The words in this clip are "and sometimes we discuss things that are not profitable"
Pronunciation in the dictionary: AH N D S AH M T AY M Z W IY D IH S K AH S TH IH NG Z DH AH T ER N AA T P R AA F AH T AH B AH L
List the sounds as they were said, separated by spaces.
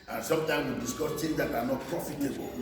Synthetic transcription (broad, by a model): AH N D S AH M T AY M W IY D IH S K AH S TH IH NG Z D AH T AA N AA T P R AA F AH T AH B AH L